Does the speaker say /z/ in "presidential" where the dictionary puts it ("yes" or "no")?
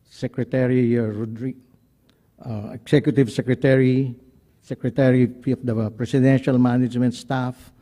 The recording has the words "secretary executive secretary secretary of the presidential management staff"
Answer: no